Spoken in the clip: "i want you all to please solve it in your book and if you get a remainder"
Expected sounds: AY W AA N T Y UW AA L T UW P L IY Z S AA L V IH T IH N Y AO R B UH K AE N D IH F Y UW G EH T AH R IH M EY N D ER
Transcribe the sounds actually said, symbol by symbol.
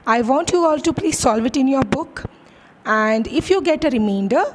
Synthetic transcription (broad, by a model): AY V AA N T Y UW AA L T UW P L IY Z S AA L V IH T IH N Y AO R B UH K AE N D IH F Y UW G EH T AH R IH M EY N D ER